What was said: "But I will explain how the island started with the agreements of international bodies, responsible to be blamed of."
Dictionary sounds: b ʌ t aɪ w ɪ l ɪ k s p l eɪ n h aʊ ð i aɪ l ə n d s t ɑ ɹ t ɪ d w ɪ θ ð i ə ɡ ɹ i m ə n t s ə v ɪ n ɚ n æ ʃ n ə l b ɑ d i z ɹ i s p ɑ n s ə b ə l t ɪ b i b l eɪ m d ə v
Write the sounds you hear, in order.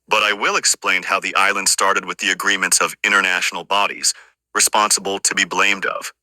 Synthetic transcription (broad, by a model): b ʌ t aɪ w ɪ l ɪ k s p l eɪ n h aʊ ð i aɪ l ə n d s t ɑ ɹ t ɪ d w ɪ ð i ə ɡ ɹ i m ə n t s ə v ɪ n ɚ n æ ʃ n l b ɑ d i z ɹ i s p ɑ n s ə b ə l t ɪ b i b l eɪ m d ə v